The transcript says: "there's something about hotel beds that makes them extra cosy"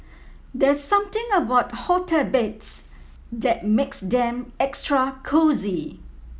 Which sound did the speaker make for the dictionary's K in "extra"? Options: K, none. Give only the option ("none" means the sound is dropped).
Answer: K